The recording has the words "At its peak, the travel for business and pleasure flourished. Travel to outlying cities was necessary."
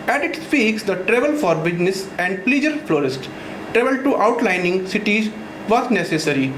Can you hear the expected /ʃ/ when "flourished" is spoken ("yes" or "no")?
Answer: no